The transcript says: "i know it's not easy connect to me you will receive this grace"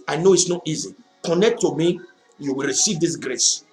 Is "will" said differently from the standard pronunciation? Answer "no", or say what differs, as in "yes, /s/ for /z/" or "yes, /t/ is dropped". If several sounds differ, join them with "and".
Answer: no